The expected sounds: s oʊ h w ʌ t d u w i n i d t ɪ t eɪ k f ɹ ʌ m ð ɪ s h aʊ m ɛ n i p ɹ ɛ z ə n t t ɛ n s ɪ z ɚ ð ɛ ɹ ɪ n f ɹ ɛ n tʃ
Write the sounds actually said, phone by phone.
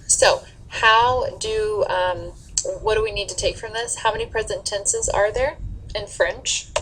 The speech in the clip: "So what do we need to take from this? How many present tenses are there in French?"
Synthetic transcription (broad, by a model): s oʊ h w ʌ t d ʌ w i n i d t ɪ t eɪ k f ɹ ʌ m ð ɪ s h aʊ m ɛ n i p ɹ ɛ z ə n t t ɛ n s ɪ z ɚ ð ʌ ɹ ɪ n f ɹ ɛ n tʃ